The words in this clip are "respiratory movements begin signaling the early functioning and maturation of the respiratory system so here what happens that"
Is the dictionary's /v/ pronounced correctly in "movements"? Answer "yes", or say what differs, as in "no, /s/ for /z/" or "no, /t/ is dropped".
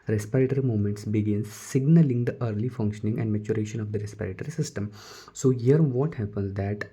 no, /v/ is dropped